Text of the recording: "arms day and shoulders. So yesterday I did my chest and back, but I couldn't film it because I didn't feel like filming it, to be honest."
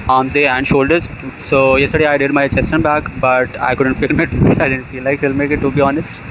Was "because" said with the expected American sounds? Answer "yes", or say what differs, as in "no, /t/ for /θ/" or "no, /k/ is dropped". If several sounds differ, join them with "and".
no, /z/ is dropped